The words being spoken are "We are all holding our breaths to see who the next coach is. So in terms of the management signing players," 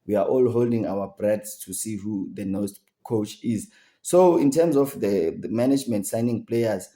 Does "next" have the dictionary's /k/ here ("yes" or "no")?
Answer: no